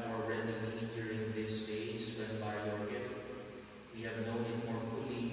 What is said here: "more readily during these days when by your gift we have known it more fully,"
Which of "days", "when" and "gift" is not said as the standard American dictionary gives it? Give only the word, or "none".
days